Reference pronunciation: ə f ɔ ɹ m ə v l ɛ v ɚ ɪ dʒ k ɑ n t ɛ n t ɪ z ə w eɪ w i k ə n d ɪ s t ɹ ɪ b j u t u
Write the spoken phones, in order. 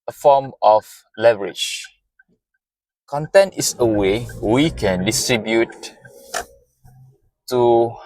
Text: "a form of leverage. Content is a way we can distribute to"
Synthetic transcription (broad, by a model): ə f ɔ m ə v l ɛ v ɚ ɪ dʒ k ɑ n t ɛ n t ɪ s ə w eɪ w i k ə n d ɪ s t ɹ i b j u t u